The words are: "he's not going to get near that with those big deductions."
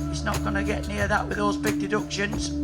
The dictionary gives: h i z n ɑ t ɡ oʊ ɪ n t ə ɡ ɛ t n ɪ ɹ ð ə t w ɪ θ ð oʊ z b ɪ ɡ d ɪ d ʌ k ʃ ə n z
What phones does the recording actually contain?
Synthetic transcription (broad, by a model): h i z n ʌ t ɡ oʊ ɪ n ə ɡ ɛ t n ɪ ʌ ð ə t w ɪ ð oʊ z b ɪ ɡ d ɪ d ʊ k ʃ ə n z